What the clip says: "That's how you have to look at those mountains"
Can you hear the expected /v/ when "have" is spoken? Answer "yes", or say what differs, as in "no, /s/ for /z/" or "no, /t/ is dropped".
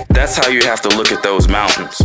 no, /f/ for /v/